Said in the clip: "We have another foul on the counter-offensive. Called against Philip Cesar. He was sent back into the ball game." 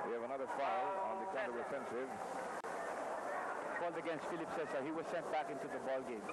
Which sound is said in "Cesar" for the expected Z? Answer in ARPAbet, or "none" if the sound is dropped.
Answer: S